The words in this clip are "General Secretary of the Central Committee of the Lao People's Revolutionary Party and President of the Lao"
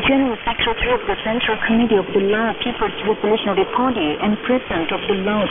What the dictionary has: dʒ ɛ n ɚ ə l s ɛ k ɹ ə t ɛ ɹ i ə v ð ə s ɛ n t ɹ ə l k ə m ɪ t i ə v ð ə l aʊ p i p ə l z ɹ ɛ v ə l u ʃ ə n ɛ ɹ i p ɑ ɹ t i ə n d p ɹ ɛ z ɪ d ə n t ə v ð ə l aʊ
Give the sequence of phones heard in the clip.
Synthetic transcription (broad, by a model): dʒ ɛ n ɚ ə l s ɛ k ɹ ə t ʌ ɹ i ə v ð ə s ɛ n t ɹ ə l k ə m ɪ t i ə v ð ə l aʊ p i p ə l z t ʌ p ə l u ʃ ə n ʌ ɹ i p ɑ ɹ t i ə n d p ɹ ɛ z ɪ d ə n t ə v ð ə l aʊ